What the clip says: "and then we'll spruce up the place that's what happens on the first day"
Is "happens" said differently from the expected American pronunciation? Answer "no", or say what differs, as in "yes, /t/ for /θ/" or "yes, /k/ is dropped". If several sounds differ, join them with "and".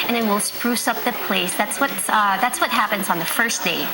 no